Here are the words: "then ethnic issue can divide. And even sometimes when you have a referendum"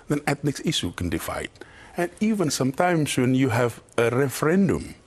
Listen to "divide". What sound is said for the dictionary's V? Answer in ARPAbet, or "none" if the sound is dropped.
F